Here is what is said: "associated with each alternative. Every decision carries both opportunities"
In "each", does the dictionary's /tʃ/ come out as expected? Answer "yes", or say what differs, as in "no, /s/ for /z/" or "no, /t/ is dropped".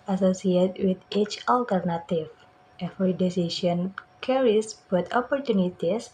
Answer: yes